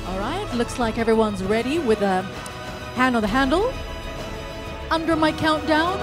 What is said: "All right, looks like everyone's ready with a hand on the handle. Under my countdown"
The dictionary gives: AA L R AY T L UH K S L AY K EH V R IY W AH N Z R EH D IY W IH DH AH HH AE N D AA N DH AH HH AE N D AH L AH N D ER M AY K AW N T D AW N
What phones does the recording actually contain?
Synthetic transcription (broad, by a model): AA L R AY T L UH K S L AY K EH V R IY W AH N Z R EH D IY W IH DH AH HH AE N D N DH AH HH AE N D L AH N D ER M AY K AW N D AW N